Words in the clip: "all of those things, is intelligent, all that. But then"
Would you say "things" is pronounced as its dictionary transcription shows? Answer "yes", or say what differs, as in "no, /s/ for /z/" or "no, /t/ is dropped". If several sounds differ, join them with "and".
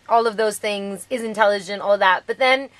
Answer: yes